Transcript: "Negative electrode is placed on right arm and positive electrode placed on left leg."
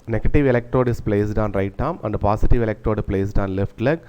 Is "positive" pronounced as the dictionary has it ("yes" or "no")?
no